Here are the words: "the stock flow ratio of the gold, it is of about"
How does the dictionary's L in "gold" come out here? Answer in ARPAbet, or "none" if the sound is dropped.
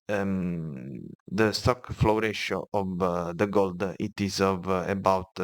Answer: L